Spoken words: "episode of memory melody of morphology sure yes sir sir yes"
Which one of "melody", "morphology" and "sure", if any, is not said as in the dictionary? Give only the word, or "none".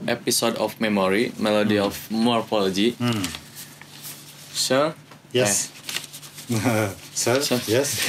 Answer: sure